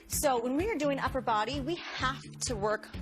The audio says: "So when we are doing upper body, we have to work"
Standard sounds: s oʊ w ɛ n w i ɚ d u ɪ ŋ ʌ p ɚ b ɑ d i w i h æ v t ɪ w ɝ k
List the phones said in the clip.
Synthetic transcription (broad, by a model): s oʊ w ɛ n w i ɚ d u ɪ ŋ ʌ p ɚ b ɑ d i w i h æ f t ɪ w ɝ k